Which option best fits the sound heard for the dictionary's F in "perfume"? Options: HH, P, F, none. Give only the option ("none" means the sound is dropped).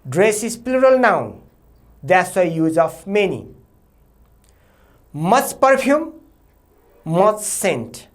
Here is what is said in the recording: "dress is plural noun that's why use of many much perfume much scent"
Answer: P